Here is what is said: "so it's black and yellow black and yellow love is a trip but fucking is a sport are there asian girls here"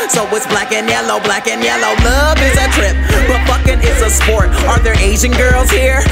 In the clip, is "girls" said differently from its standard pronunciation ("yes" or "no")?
no